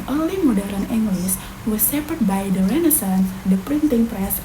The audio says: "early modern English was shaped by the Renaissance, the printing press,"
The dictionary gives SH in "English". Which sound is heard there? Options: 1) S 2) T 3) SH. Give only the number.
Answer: 1